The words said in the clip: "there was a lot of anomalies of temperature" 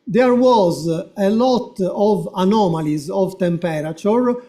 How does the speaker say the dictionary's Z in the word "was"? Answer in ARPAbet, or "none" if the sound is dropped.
Z